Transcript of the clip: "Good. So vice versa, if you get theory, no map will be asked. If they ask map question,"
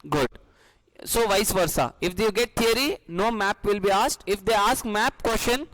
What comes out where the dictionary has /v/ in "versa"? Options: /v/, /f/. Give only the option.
/v/